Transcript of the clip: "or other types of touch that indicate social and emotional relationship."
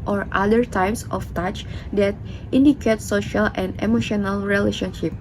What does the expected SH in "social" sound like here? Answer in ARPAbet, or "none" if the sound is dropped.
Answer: SH